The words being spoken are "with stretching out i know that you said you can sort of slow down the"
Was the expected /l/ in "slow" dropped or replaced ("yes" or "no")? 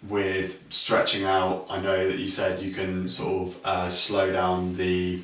no